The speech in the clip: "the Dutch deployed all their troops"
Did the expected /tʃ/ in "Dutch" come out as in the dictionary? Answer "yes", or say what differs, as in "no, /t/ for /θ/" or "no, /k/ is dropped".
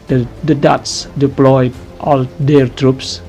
no, /s/ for /tʃ/